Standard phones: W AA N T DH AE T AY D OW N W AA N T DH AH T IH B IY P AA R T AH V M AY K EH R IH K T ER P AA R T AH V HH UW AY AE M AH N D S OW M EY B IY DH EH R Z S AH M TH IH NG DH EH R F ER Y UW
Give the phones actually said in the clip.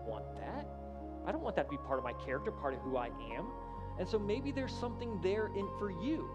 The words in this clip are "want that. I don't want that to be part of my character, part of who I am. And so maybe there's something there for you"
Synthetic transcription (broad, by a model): W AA N DH AE T AY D OW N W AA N DH AH T IH B IY P AA R T AH V M AY K EH R IH K T ER P AA R T AH V HH UW AY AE M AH N S OW M EY B IY DH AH R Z S AH M TH IH NG DH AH R F ER Y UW